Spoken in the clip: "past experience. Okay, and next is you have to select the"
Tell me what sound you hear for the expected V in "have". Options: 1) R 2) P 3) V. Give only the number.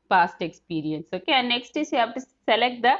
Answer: 2